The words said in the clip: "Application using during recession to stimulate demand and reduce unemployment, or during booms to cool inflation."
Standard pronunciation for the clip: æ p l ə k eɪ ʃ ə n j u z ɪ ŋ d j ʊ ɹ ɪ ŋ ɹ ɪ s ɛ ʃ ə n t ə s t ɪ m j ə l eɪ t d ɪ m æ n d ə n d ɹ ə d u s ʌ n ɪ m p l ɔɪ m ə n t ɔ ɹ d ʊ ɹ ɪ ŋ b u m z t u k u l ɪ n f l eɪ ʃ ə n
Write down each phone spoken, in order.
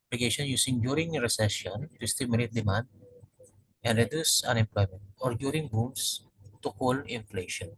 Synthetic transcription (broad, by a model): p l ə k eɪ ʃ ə n j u s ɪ ŋ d j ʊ ɹ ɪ ŋ ɹ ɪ s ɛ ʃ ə n t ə s t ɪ m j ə l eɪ t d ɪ m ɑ n d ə n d ɹ ə d u s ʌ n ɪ m p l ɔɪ m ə n t ɔ ɹ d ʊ ɹ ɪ ŋ b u m s t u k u l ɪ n f l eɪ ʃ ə n